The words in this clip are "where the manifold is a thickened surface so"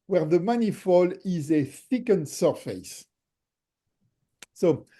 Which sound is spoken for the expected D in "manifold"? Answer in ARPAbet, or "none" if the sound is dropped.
none